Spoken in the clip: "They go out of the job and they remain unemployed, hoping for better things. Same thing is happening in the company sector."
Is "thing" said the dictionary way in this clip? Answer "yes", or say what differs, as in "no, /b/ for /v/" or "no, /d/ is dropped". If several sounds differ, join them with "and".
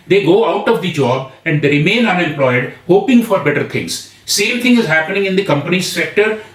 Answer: no, /t/ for /θ/